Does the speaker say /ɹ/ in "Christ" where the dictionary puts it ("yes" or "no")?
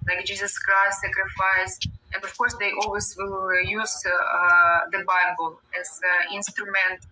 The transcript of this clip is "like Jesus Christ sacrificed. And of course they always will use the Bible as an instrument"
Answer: no